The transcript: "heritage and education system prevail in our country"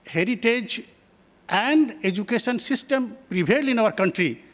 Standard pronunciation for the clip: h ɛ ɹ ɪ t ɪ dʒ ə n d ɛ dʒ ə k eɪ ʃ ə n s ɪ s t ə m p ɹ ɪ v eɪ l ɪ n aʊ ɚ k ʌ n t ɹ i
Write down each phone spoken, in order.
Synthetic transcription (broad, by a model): h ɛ ɹ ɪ t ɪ dʒ ə n d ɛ dʒ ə k eɪ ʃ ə n s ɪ s t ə m p ɹ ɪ b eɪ l ɪ n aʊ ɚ k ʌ n t ɹ i